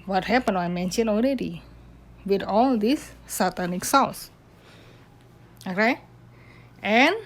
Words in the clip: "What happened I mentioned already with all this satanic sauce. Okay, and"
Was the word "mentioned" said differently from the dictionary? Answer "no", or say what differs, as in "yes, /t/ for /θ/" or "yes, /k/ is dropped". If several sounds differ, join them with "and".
yes, /d/ is dropped